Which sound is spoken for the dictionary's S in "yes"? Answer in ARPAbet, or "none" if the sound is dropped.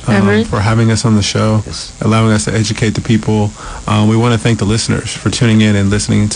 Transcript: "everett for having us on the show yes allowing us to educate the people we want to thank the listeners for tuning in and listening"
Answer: none